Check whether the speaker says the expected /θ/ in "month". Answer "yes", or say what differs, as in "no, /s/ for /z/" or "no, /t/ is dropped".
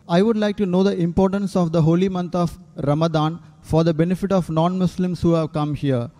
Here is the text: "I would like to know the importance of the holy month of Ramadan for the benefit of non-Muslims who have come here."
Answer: no, /t/ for /θ/